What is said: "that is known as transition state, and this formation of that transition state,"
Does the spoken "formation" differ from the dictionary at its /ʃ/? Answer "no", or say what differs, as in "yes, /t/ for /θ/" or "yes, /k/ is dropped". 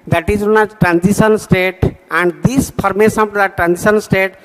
yes, /s/ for /ʃ/